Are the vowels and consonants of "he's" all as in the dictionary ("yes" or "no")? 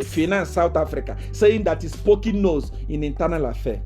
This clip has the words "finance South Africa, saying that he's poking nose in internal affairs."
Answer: no